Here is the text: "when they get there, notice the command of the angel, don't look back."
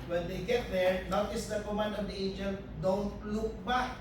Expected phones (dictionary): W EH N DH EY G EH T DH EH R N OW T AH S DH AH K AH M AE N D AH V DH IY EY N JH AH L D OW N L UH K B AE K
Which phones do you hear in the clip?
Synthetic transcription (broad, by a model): W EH N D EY G EH T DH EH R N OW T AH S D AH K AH M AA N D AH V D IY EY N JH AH N D OW N L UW K B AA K